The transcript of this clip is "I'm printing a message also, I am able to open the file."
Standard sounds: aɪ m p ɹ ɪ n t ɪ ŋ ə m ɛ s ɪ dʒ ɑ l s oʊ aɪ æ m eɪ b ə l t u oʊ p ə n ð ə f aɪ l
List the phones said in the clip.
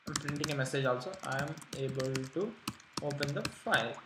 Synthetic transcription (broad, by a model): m p ɹ ɪ n t ɪ ŋ ə m ɛ s ɪ dʒ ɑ l s oʊ aɪ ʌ m eɪ b ə l t u oʊ p ə n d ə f aɪ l